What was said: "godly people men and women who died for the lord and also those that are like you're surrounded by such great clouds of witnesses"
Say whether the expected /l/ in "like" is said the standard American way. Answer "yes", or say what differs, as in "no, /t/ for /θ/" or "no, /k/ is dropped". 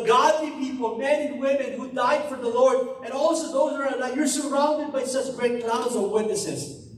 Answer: no, /n/ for /l/